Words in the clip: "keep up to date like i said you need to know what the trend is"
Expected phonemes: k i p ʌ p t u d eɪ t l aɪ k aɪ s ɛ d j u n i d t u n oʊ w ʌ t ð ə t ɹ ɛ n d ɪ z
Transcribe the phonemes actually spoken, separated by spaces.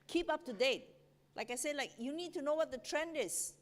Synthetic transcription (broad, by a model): k i p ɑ p t u d eɪ t l aɪ k aɪ s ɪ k j u n i d t u n oʊ w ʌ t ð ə t ɹ ɛ n d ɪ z